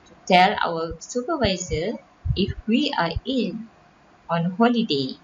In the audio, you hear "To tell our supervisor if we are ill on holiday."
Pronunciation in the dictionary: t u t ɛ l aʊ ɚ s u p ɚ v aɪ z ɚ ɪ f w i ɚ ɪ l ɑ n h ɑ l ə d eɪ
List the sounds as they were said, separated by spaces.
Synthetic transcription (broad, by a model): t u t ɛ l aʊ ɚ s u p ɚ v aɪ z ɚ ɪ f w i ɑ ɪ n ɑ n h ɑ l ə d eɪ